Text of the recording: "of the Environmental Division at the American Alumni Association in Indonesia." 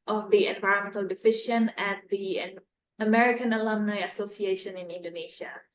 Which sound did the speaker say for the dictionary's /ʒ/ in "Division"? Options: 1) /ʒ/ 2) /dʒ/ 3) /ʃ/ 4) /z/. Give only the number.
3